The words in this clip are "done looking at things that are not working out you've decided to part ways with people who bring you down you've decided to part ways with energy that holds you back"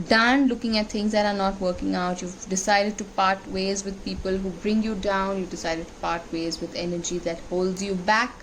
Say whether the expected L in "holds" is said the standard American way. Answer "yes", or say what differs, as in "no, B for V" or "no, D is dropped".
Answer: yes